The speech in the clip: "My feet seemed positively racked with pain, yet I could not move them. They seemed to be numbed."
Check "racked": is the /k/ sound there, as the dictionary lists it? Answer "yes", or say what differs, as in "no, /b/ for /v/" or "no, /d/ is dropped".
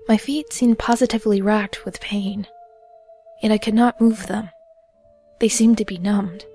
yes